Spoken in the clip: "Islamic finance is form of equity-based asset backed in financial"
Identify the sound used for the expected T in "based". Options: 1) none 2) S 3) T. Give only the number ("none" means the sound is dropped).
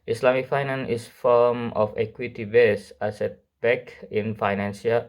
1